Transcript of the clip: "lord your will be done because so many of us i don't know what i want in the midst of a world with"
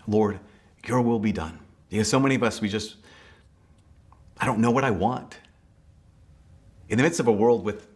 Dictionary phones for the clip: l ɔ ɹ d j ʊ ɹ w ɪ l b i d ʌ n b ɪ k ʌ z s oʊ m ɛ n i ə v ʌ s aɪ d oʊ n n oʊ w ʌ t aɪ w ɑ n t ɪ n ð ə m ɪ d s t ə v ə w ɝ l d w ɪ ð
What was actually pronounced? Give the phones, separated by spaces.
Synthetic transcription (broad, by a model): l ɔ ɹ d j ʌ ɹ w ɪ l b i d ʌ n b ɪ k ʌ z s oʊ m ɛ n i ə v ʌ s aɪ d oʊ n n oʊ w ʌ t aɪ w ɑ n t ɪ n ð ə m ɪ d s t ə v ə w ɝ l d w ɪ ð